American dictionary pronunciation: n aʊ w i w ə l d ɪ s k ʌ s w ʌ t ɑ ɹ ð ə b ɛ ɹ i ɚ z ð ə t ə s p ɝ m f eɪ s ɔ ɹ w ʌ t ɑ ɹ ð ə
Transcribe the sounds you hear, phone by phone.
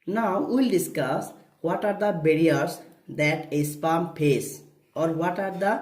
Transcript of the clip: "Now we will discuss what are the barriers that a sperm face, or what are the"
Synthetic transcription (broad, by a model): n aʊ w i l d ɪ s k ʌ s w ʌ t ɑ ɹ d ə b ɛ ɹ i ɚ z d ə t ə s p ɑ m p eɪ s ɔ ɹ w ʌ t ɑ ɹ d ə